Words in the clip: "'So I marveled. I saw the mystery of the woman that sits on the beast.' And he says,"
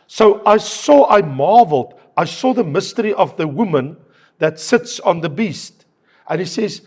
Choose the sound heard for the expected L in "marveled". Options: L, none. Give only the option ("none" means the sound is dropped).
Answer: L